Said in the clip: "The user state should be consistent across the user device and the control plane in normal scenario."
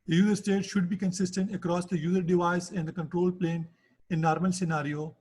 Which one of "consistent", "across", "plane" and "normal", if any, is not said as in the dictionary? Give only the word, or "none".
none